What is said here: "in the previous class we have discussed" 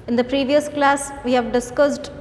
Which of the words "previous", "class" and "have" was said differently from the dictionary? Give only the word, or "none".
none